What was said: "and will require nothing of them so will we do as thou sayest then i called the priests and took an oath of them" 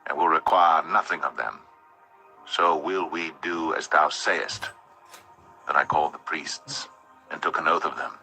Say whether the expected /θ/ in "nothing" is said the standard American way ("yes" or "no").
yes